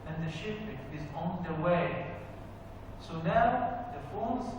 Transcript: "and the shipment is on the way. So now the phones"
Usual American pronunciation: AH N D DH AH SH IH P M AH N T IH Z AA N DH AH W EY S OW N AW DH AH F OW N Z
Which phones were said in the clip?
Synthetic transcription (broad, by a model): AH N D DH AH SH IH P AH T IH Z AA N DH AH W EY S OW N AW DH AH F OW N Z